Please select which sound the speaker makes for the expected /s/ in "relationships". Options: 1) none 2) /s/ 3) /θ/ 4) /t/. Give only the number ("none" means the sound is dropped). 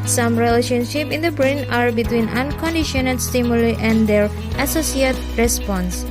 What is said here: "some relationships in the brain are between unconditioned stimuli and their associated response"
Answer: 1